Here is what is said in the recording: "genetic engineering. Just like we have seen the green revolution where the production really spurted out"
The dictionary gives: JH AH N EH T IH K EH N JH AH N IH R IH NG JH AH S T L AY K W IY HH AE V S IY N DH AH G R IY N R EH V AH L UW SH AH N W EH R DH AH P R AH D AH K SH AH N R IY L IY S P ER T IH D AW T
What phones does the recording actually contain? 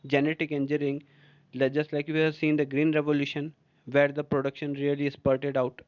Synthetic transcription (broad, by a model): JH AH N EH T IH K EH N JH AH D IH L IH JH AH S T L AY K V IY HH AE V S IY N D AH G R IY N R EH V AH L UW SH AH N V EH R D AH P R AH D AH K SH AH N R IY L IY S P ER T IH D AW T